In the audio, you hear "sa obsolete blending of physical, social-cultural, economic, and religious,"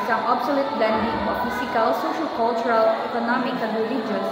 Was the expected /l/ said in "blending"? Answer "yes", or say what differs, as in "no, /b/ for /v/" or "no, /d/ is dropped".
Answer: no, /l/ is dropped